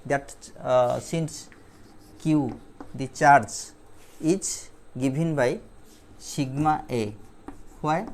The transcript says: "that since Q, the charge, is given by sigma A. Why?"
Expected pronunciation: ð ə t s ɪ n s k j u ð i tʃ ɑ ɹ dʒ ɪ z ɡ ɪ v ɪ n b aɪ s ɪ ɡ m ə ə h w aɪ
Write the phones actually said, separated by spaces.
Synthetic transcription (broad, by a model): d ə t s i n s k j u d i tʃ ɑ ɹ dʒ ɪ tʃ ɡ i b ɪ n b aɪ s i ɡ m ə ə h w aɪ